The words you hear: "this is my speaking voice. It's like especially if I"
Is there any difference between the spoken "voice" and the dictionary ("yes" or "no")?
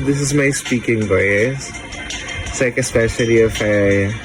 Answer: yes